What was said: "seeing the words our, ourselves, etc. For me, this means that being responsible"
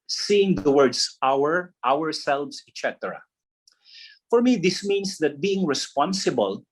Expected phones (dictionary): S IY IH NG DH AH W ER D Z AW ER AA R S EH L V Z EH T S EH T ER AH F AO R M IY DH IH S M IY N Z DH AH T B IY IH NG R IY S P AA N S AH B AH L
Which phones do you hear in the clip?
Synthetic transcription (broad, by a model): S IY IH NG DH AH W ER D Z AW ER AA R S EH L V S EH T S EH T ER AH F AO R M IY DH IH S M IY N S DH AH T B IY IH NG R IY S P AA N S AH B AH L